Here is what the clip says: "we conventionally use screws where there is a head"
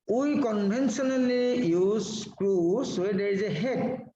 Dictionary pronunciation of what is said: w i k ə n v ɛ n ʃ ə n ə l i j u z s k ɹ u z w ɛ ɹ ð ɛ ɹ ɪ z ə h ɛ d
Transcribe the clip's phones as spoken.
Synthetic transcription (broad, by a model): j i k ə n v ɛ n s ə n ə l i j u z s k ɹ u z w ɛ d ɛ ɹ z ə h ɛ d